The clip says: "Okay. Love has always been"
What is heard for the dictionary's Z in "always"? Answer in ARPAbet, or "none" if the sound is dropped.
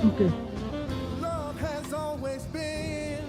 Z